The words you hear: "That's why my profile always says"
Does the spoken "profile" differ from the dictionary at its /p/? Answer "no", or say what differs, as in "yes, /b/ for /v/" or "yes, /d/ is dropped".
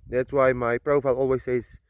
no